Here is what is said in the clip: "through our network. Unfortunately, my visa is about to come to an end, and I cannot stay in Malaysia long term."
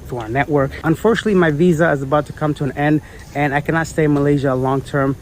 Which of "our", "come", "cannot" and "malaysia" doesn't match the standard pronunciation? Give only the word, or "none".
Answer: none